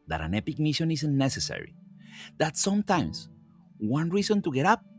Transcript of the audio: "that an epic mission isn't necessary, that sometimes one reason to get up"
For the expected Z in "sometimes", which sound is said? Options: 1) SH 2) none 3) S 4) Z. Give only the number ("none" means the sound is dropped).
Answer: 3